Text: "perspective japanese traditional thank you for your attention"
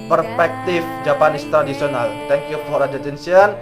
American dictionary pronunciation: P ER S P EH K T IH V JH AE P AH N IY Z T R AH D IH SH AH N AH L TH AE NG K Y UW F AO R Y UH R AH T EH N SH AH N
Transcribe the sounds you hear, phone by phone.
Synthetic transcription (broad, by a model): P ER S P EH K T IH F JH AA P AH N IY S T R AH D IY S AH N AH L T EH NG K Y UW F AO R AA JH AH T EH N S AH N